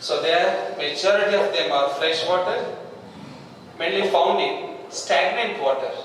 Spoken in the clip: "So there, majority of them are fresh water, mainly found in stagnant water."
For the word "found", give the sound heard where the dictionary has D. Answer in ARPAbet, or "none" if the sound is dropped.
D